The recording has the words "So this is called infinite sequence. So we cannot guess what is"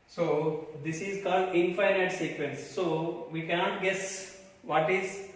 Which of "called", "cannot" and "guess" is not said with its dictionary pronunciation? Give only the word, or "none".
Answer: none